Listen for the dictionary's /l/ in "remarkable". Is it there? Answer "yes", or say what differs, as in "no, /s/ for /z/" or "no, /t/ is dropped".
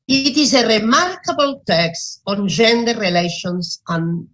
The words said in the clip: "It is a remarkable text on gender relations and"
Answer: yes